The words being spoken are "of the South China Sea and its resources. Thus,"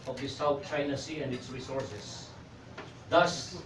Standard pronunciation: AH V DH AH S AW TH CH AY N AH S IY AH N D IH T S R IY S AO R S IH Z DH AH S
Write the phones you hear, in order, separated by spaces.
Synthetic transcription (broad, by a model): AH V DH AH S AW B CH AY N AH S IY AH N D IH T S R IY S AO R S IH S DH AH S